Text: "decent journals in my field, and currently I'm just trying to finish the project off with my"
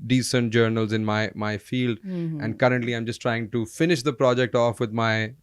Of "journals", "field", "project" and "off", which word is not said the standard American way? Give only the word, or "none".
none